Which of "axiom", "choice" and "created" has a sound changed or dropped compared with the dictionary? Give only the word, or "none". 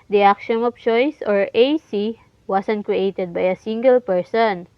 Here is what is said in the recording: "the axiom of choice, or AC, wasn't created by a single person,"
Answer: axiom